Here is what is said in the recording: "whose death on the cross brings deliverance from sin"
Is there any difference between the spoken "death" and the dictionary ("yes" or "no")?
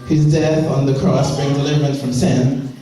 no